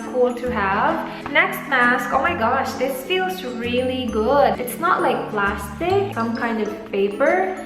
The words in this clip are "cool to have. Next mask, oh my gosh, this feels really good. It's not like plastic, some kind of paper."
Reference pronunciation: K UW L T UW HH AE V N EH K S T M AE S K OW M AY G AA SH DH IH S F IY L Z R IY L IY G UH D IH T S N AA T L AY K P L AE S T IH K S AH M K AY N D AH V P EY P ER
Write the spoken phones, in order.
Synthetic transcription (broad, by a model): K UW L T UW HH AE V N EH K S T M AE S K OW M AY G AA SH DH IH S F IY L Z R IY L IY G UH D IH T S N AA T L AY K P L AE S T IH K S AH M K AY N D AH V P EY P ER